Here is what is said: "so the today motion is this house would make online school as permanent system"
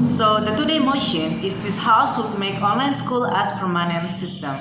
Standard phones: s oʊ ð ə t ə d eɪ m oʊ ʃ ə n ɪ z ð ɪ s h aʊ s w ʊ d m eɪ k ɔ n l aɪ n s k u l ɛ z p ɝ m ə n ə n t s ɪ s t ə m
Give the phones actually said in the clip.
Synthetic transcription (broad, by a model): s oʊ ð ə t ə d eɪ m oʊ ʃ ə n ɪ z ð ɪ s h aʊ s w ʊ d m eɪ k ɔ n l aɪ n s k u l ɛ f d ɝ m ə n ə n s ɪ s t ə m